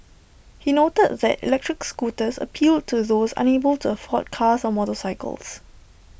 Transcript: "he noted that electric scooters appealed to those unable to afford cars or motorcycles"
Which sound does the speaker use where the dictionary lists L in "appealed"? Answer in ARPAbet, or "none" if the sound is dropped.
L